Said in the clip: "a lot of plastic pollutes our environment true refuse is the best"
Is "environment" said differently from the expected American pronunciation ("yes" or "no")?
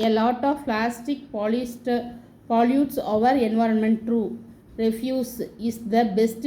no